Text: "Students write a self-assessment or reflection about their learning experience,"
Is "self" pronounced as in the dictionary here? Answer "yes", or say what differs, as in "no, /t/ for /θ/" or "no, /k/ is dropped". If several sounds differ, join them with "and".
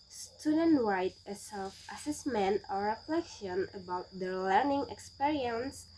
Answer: yes